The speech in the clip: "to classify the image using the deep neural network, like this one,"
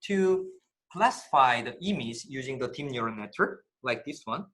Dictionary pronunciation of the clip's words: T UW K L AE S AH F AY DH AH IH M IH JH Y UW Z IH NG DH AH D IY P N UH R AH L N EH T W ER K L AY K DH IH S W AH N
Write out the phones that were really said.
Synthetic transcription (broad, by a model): T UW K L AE S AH F AY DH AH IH M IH Z Y UW Z IH NG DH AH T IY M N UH R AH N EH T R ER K L AY K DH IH S W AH N